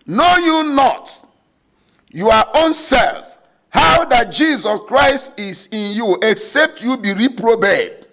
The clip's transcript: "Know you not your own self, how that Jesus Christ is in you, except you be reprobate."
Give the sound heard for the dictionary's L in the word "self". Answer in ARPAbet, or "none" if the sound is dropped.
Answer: L